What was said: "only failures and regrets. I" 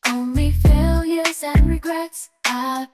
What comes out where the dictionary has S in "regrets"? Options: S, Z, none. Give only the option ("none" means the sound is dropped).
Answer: S